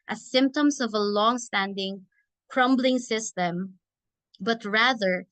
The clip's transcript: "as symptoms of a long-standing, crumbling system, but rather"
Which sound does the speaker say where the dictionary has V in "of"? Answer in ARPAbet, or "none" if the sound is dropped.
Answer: V